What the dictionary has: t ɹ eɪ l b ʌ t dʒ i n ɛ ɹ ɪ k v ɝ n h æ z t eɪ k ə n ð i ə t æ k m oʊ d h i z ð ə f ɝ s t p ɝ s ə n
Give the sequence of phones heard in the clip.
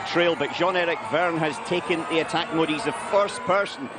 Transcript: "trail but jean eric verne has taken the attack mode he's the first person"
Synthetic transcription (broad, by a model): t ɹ eɪ l b ʌ t ʒ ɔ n ɛ ɹ ɪ k v ɝ n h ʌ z t eɪ k ə n ð i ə t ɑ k m oʊ d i z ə f ɝ s p ɝ s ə n